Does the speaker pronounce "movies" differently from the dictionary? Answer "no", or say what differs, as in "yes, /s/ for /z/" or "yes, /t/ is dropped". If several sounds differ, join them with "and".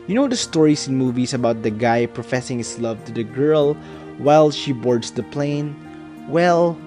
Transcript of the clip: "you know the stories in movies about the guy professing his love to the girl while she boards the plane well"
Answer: yes, /s/ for /z/